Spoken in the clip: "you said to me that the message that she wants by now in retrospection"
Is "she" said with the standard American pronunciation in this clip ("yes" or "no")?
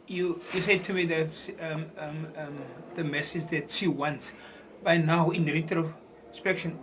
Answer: no